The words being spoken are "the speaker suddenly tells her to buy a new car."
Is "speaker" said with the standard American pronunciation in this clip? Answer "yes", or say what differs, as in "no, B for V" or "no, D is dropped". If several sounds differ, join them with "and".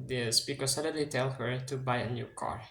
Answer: no, B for P